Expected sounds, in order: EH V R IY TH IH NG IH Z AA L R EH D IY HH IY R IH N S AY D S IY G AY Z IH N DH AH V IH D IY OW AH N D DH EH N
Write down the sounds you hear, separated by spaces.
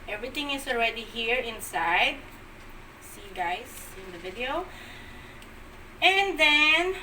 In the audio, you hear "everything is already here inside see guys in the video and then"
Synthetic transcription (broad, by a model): EH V R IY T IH NG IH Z AA L R EH D IY HH IY R IH N S AY D S IY G AY S IH N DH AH V IH D IY OW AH N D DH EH N